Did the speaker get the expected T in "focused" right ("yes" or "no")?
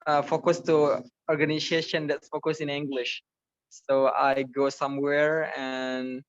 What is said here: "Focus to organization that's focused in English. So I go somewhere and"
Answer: no